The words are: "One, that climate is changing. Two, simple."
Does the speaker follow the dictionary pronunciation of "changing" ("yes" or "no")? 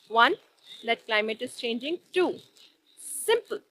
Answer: yes